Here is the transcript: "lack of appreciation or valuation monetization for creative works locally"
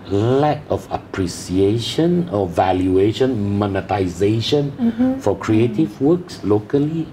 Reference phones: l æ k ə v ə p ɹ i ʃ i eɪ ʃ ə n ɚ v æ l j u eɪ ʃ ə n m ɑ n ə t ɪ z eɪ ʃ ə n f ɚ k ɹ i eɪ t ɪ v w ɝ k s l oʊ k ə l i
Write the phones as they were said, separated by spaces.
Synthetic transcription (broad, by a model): l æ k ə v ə p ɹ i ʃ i eɪ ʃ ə n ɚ v æ l j u eɪ ʃ ə n m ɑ n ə t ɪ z eɪ ʃ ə n f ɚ k ɹ i eɪ t ɪ v w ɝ k s l oʊ k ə l i